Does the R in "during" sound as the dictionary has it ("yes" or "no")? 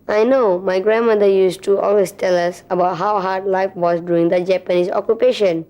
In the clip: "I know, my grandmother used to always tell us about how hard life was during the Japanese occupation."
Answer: no